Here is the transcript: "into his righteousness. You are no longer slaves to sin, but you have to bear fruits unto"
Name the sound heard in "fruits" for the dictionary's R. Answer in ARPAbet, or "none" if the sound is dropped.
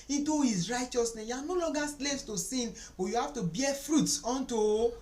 R